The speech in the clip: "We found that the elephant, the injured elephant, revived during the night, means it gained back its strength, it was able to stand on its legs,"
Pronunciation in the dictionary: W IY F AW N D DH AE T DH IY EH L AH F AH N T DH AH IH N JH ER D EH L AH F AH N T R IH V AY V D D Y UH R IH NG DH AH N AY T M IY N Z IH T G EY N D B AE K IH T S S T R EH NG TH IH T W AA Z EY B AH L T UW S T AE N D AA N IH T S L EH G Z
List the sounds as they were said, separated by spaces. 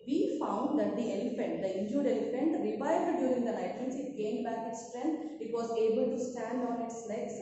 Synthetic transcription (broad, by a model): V IY F AW N D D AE T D IY EH L AH F AH N T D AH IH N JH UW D EH L AH F AH N T R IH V AY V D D Y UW R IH NG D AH L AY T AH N S IH T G EY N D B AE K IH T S S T R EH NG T IH T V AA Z EY B AH L T UW S T AE N D AA N IH T S L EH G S